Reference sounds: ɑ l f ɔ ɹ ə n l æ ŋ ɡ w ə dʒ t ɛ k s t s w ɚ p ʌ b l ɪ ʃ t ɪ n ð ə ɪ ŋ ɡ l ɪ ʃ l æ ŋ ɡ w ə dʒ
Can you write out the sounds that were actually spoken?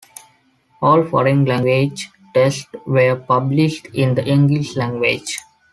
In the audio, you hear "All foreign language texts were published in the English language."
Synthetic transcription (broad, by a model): ɑ l f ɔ ɹ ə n l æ ŋ ɡ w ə dʒ t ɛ s t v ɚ p ʌ b l ɪ ʃ t ɪ n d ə ɪ ŋ ɡ l ɪ ʃ l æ ŋ ɡ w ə dʒ